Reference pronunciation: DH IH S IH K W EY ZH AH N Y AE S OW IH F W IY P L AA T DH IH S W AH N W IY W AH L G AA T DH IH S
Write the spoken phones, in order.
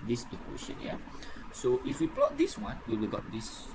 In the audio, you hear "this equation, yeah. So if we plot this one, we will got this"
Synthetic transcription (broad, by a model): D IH S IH K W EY SH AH N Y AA S OW IH F W IY P L AA T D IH S W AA N W IY W AH L G AA T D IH S